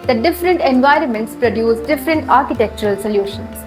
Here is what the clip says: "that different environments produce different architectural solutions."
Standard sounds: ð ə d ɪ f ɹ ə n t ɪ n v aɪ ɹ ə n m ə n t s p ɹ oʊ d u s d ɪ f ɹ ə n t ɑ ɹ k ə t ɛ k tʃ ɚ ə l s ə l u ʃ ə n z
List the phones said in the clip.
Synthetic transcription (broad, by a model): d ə d ɪ f ɹ ə n t ɪ n v aɪ ɹ ə n m ə n t s p ɹ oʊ d u s d ɪ f ɹ ə n t ɑ ɹ k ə t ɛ k tʃ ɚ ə l s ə l u ʃ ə n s